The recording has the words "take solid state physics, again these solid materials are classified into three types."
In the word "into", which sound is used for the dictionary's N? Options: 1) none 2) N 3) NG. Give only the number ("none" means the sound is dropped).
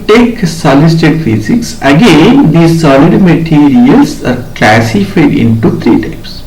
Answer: 2